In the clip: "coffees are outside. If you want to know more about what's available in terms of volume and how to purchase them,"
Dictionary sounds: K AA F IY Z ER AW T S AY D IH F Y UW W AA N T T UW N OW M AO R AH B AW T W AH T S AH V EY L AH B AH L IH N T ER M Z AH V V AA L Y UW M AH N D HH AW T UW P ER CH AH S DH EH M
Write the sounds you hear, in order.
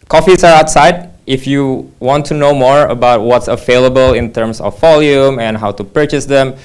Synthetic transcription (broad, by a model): K AA F IY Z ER AW T S AY D IH F Y UW W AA N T T UW N OW M AO R AH B AW T W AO T S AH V EY L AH B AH L IH N T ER M S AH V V AA L Y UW M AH N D HH AW T UW P ER CH AH S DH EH M